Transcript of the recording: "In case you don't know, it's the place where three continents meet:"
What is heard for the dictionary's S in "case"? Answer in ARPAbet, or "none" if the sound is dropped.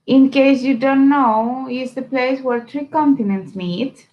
S